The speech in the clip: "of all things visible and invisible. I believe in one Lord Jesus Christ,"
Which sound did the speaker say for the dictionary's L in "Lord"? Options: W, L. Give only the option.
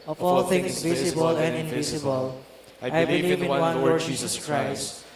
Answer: W